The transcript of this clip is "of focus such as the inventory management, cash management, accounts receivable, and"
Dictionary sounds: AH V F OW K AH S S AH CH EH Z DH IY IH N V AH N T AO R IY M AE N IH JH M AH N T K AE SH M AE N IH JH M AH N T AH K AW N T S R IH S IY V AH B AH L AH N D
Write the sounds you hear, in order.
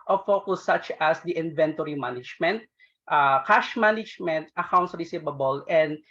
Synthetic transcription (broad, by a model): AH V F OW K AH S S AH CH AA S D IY IH N V AH N T AO R IY M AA N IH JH M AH N T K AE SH M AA N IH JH M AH N T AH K AW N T S R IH S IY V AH B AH L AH N D